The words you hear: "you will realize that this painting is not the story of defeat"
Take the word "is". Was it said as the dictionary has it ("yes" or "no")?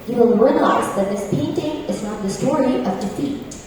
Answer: yes